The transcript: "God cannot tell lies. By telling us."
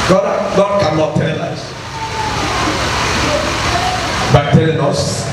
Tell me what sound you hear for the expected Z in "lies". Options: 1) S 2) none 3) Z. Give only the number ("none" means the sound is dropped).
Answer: 1